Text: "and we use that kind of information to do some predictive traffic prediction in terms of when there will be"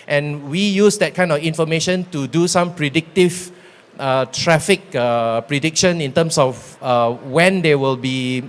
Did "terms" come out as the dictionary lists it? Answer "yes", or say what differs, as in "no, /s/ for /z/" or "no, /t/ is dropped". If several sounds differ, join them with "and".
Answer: no, /s/ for /z/